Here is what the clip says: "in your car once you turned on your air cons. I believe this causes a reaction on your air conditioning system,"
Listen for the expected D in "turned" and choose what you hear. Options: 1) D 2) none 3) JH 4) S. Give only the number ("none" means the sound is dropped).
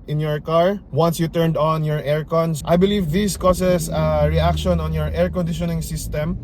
1